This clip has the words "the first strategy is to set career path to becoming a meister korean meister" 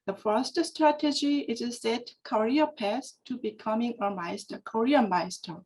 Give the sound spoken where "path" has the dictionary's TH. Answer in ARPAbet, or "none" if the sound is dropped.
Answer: S